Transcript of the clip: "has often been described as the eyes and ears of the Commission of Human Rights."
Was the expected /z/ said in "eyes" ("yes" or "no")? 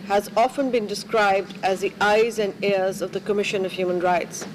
yes